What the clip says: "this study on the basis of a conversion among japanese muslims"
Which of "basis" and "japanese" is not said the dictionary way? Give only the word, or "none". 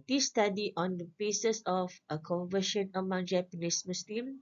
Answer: japanese